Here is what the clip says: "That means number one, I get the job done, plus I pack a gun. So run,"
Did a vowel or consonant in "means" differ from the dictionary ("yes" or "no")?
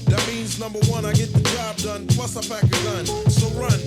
no